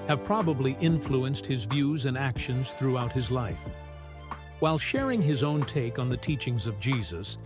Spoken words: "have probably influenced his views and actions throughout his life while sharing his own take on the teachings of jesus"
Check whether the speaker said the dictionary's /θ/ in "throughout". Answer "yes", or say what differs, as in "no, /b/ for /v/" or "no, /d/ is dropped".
yes